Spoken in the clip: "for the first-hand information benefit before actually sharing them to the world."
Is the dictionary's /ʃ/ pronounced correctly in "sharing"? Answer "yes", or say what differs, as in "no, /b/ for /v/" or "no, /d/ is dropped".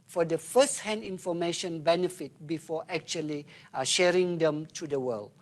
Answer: yes